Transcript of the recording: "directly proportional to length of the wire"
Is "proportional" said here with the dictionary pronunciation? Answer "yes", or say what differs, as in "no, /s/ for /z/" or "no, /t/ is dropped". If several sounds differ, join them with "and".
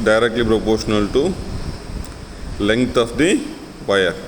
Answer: yes